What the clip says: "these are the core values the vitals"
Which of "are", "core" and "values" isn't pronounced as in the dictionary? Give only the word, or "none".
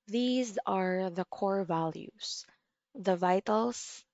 values